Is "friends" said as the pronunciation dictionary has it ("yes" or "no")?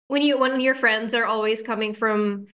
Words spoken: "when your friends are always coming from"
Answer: yes